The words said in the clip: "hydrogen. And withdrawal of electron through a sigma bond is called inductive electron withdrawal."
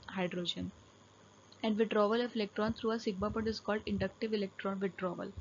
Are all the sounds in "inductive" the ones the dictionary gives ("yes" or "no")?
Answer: yes